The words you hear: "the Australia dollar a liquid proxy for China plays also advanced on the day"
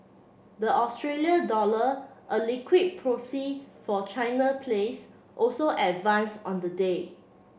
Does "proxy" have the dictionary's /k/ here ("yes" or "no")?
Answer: no